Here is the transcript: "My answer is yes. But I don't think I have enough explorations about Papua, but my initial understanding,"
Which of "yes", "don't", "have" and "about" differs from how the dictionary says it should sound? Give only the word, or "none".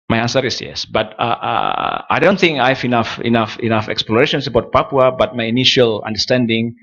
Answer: have